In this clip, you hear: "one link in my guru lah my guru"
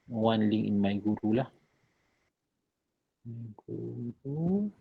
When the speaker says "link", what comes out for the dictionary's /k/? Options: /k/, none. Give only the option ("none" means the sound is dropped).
none